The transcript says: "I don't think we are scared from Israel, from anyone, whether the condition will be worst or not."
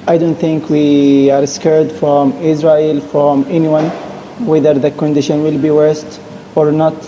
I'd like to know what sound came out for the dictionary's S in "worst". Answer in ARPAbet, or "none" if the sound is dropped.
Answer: S